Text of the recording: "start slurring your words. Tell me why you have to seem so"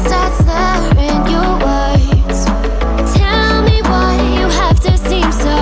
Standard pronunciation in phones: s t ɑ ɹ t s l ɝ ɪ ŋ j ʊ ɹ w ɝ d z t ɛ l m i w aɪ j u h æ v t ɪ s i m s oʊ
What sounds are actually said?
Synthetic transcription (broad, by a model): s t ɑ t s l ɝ ɪ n j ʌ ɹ w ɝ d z t ɛ l m i w aɪ j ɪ h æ f t ɪ s i m s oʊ